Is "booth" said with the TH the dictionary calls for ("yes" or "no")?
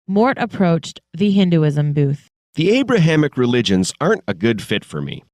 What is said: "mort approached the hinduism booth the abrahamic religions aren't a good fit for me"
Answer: yes